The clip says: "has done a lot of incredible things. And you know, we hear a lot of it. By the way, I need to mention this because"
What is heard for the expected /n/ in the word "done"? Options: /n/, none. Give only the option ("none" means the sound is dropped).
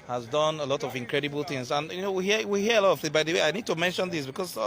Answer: /n/